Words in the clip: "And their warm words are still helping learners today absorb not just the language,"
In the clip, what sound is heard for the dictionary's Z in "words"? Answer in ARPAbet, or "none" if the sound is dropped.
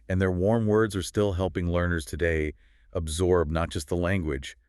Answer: Z